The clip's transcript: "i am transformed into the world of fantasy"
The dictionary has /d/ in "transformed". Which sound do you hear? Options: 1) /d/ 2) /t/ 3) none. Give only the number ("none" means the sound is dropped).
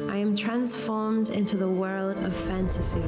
1